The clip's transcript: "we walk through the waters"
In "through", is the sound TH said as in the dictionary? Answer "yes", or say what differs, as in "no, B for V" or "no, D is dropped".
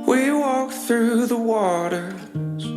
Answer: yes